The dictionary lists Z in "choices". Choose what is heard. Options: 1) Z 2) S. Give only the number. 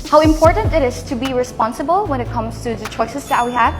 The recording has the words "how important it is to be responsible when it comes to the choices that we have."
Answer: 2